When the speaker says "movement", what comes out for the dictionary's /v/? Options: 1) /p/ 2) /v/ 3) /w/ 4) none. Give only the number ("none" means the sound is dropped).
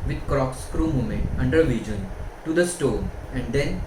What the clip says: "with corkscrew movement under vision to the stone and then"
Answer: 4